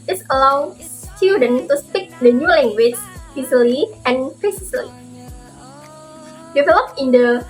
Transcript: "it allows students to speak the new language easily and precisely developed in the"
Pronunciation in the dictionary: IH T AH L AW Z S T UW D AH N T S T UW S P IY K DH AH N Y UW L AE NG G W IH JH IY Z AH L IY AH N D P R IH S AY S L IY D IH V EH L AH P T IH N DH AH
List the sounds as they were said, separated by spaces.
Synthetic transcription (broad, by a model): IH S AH L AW S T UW D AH N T T UW S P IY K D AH N Y UW L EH NG G W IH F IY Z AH L IY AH N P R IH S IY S L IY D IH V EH L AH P IH N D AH